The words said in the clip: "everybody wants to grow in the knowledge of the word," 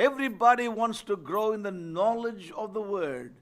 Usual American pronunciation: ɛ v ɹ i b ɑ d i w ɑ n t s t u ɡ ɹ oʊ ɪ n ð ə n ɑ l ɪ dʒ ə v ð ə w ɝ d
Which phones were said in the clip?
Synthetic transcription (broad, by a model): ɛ v ɹ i b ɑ d i w ɑ n t s t u ɡ ɹ oʊ ɪ n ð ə n ɑ l ɪ dʒ ə v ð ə w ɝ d